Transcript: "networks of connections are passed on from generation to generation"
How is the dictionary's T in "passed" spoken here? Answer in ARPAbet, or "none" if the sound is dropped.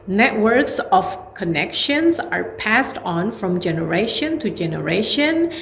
T